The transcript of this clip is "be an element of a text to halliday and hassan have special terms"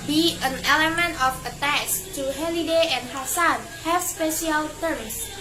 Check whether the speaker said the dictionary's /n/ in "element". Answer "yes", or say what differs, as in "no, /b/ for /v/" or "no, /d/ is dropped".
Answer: yes